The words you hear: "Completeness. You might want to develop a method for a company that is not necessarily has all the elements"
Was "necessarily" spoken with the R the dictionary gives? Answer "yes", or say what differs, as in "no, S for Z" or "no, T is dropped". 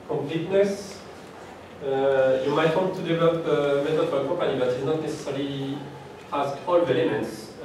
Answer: no, L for R